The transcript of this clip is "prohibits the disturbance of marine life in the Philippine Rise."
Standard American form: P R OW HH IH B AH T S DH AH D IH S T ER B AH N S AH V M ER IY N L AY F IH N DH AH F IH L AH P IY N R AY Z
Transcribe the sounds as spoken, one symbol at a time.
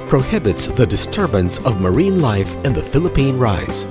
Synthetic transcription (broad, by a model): P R OW HH IH B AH T S DH AH D IH S T ER B AH N S AH V M ER IY N L AY F IH N DH AH F IH L AH P IY N R AY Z